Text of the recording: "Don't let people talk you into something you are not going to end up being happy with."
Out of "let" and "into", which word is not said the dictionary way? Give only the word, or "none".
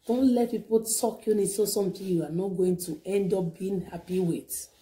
into